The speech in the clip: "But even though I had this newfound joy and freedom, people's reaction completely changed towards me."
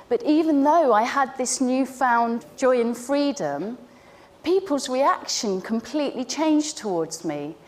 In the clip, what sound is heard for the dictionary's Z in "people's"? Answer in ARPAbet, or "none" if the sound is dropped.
Z